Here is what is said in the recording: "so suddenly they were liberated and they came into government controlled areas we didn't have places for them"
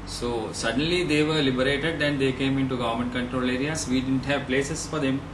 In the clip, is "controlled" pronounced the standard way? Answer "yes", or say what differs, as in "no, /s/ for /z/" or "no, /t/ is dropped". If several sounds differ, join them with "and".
no, /d/ is dropped